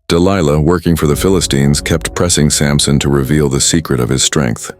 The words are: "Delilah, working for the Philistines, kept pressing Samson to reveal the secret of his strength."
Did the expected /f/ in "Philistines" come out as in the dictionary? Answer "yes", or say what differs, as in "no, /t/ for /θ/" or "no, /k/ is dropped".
yes